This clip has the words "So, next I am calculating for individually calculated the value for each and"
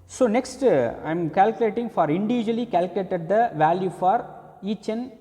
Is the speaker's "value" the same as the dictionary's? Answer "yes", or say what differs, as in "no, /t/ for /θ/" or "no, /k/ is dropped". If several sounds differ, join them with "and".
yes